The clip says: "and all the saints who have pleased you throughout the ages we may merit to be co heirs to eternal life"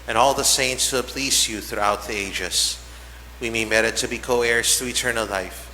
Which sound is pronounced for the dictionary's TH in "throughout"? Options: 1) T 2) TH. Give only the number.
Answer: 2